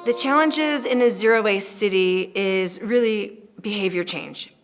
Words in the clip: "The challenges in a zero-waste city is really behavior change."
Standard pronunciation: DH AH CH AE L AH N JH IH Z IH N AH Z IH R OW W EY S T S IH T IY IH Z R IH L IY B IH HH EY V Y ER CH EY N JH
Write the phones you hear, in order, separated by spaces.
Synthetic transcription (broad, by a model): DH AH CH AE L AH N JH IH Z IH N AH Z IH R OW W EY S S IH T IY IH Z R IH L IY B IH HH EY V Y ER CH EY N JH